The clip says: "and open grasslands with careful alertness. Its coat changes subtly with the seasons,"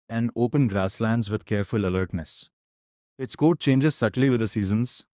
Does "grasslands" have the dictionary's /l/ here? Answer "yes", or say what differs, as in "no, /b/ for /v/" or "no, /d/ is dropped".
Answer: yes